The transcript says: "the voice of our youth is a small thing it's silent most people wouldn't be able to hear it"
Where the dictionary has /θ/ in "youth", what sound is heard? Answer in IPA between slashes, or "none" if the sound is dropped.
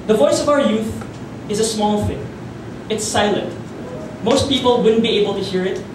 /θ/